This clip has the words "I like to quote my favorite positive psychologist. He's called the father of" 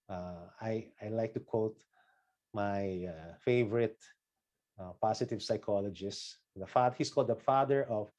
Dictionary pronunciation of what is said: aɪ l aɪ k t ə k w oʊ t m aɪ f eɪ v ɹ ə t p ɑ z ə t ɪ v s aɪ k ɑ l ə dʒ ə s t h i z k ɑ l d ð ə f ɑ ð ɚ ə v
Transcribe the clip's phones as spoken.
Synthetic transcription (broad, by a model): aɪ l aɪ k t ə k w oʊ t m aɪ f eɪ v ɹ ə t p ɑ s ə t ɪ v s aɪ k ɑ l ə dʒ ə s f h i s k ɑ l d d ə f ɑ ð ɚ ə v